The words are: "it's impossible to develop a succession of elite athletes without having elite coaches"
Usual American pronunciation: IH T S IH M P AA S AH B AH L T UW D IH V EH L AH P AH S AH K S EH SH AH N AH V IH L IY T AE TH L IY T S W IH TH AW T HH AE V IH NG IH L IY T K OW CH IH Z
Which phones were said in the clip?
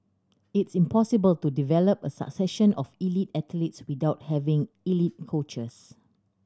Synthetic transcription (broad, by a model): IH T S IH M P AA S AH B AH L T UW D IH V EH L AH P AH S AH K S EH SH AH N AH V IH L IY T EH T L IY T S W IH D AW T HH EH V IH NG IH L IY T K OW CH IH S